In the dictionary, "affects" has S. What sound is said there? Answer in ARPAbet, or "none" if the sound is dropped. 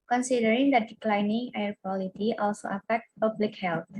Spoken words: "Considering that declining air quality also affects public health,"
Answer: none